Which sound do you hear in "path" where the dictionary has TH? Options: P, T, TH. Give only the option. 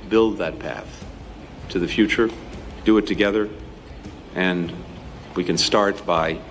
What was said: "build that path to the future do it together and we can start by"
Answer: TH